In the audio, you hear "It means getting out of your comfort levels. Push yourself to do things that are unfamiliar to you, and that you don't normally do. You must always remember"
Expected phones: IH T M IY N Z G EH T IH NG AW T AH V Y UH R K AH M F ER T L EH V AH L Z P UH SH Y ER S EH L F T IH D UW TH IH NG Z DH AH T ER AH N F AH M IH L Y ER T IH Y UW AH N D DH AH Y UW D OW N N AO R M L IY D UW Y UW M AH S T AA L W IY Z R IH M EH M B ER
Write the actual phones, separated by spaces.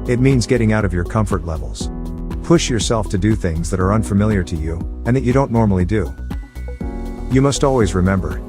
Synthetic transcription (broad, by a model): IH T M IY N Z G EH T IH NG AW T AH V Y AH R K AH M F ER T L EH V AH L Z P UH SH Y ER S EH L F T IH D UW TH IH NG Z DH AH T ER AH N F AH M IH L Y ER T IH Y UW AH N DH AH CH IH D OW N N AO R M L IY D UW Y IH M AH S T AA L W IY Z R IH M EH M B ER